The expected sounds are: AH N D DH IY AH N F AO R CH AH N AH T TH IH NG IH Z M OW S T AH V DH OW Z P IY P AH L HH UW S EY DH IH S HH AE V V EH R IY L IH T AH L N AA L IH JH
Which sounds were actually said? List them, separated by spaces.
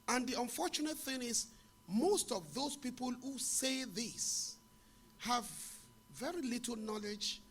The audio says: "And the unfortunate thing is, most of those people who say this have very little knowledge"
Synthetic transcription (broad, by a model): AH N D DH IY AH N F AO R CH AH N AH T TH IH NG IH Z M OW S T AH V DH OW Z P IY P AH L HH UW S EY DH IH S HH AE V V EH R IY L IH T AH L N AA L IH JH